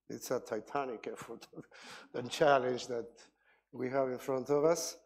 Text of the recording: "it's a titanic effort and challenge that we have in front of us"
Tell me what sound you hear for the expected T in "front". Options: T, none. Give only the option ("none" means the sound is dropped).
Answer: T